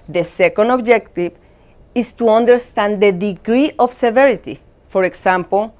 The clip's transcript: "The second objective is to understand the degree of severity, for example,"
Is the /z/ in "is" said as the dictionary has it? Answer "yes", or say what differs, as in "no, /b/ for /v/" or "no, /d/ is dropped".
no, /s/ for /z/